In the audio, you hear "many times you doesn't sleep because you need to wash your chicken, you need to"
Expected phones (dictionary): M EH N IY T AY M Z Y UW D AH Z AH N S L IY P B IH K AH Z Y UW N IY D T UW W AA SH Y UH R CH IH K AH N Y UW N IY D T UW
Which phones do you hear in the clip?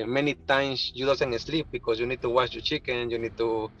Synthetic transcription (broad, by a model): M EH N IY T AY M S Y UW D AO S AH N S L IY P B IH K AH S Y UW N IY D T UW W AA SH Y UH CH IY K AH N Y UW N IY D T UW